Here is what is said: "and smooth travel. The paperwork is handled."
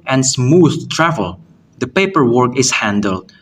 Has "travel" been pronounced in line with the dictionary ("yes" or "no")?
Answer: yes